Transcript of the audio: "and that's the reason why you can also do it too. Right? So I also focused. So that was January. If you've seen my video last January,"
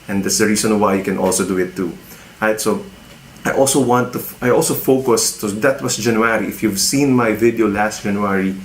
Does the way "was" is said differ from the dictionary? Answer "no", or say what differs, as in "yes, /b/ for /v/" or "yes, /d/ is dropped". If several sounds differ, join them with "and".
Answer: yes, /s/ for /z/